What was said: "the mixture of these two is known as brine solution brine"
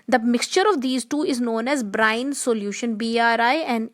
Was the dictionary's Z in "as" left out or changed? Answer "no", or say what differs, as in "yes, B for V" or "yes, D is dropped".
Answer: no